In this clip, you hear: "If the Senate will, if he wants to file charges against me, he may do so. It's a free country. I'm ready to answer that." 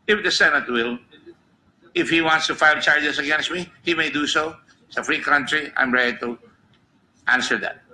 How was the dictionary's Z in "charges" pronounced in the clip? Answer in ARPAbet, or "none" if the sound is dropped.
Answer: S